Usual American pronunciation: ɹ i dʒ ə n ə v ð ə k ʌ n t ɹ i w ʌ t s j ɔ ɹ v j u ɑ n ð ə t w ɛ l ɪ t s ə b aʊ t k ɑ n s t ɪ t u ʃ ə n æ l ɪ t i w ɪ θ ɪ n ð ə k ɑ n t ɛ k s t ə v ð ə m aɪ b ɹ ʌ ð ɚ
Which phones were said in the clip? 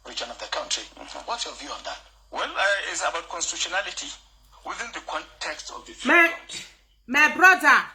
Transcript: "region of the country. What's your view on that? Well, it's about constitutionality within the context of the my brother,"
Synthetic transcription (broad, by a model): ɹ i dʒ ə n ə v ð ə k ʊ n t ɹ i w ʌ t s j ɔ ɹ v j u ɑ n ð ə t w ɛ l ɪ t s ə b aʊ t k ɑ n s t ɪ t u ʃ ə n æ l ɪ t i w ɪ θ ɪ n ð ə k ɑ n t ɛ k s t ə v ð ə m aɪ b ɹ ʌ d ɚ